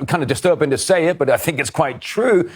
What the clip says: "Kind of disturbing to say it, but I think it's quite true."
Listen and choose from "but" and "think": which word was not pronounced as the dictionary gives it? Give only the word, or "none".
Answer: none